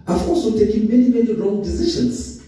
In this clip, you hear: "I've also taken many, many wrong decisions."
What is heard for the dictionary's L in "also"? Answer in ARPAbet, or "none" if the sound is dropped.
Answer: none